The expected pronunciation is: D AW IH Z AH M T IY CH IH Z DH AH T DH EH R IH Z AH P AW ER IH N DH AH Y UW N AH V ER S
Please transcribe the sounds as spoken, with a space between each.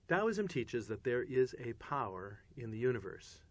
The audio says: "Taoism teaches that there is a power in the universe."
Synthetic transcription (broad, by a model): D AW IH Z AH M T IY CH IH Z DH AH T DH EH R IH Z AH P AW ER IH N DH AH Y UW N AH V ER S